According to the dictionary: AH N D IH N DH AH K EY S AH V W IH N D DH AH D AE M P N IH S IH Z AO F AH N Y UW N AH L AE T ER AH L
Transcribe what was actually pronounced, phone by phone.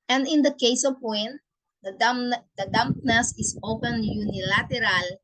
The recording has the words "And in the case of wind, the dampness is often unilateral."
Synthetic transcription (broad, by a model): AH N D IH N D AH K EY S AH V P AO N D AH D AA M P N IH S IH S AO P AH N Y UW N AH L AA T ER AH L